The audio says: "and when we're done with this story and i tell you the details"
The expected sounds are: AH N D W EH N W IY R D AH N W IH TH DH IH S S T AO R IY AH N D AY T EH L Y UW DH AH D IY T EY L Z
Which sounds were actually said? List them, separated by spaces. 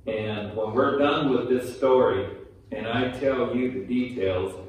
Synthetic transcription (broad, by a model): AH N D W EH N W IY R D AH N W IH DH IH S S T AO R IY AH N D AY T EH L Y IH DH AH D IY T EY L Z